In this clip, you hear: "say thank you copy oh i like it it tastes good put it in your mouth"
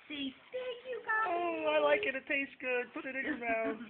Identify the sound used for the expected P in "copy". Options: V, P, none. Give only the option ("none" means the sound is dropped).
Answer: none